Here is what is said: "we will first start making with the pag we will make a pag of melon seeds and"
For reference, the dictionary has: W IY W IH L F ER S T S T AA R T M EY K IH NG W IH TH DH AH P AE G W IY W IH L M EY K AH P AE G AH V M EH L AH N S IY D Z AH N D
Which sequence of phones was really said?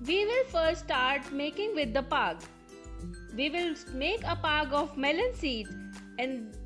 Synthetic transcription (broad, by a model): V IY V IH L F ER T S T AA R T M EY K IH NG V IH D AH P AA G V IY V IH L M EY K AH P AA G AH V M EH L AH N S IY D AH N D